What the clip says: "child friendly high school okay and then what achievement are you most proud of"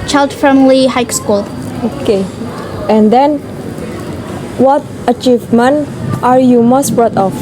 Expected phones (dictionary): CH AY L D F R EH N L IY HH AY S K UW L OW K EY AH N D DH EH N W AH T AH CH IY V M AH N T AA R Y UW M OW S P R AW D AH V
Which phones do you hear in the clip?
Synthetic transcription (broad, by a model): CH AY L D F EH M L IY HH AY S K UW L OW K EY AH N D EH N W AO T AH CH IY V M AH N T AA R Y UW M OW S B R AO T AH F